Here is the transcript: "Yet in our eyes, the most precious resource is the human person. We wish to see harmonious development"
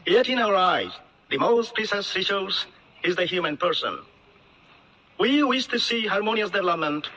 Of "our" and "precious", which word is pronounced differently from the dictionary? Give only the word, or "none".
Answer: precious